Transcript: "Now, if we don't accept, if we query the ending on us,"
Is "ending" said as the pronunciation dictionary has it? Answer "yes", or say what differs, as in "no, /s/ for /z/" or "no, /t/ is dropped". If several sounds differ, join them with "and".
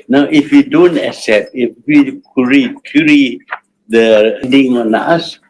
no, /n/ is dropped